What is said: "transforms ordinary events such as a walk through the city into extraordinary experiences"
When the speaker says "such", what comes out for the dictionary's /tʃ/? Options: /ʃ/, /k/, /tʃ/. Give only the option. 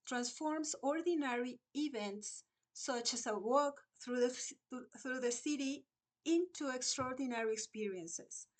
/tʃ/